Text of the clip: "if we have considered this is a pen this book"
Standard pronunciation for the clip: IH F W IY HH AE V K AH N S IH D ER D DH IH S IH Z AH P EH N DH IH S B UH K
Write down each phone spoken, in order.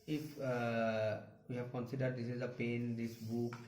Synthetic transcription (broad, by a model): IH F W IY HH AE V K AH N S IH D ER D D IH S IH Z AH P EH N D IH S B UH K